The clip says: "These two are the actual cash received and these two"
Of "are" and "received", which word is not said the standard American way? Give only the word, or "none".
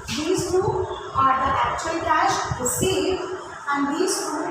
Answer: received